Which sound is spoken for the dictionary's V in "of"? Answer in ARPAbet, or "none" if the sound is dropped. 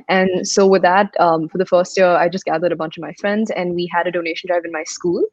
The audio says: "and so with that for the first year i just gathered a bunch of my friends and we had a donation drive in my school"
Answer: V